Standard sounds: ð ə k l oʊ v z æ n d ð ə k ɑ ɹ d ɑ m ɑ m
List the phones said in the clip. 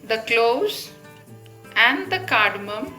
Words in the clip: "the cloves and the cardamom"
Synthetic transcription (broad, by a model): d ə k l oʊ z æ n d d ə k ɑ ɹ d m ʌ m